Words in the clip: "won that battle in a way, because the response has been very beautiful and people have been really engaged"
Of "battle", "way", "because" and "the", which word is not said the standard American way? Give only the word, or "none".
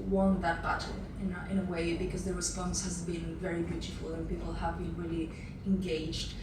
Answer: battle